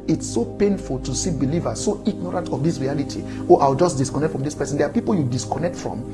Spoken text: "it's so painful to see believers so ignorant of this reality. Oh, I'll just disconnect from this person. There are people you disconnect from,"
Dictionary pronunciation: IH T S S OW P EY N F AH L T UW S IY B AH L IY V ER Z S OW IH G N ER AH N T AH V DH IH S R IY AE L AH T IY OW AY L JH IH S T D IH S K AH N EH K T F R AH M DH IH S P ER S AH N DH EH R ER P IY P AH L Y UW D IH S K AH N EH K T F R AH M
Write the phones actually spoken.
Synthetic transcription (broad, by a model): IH T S S OW P EY N F AH L T UW S IY B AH L IY V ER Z S OW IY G N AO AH N T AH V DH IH S R IY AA L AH T IY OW AY W JH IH S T D IH S K AH N EH K T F R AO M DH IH S P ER S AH N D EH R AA P IY P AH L Y UW D IH S K AH N EH K T F R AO M